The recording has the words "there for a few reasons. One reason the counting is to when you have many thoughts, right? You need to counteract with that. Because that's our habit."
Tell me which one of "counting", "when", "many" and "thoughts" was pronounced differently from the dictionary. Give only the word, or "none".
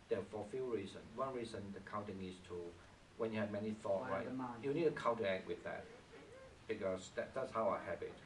thoughts